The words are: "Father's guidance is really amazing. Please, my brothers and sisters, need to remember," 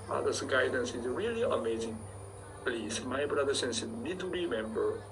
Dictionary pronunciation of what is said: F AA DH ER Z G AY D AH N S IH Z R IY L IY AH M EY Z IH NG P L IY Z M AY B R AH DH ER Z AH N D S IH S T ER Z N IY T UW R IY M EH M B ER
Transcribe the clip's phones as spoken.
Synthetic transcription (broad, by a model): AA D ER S G AY D AH N S IH Z R IY L IY AH M EY Z IH NG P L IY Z M AY B R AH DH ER S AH N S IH T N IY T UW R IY M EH M B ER